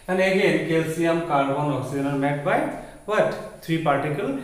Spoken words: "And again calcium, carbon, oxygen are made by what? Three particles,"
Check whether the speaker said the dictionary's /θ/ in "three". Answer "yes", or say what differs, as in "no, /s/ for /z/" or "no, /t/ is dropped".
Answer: no, /t/ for /θ/